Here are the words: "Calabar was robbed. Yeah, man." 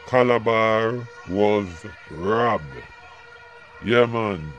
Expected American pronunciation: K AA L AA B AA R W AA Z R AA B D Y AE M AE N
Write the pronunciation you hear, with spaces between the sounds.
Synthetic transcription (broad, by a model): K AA L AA B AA R W AA Z R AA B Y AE M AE N